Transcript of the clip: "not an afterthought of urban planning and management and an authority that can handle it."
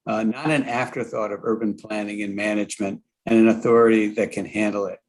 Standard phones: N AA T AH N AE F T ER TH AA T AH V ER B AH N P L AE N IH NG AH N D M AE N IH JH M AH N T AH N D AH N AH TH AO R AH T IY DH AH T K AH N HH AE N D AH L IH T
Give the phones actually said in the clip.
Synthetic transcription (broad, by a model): N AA T AH N AE F T ER TH AA T AH V ER B AH N P L AE N IH NG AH N M AE N IH JH M AH N T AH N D AH N AH TH AO R AH T IY DH AH T K AH N HH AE N D L IH T